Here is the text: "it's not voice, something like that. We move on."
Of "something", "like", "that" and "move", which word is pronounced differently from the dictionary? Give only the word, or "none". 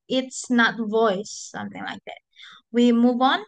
none